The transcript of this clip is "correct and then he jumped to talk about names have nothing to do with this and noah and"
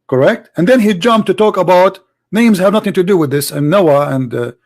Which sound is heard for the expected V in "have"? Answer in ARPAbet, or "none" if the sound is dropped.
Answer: V